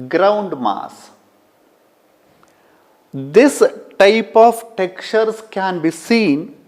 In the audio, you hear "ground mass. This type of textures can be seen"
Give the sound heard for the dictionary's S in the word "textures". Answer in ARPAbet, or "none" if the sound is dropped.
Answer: none